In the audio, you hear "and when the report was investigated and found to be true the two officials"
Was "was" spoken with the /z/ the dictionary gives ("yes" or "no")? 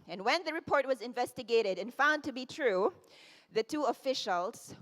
yes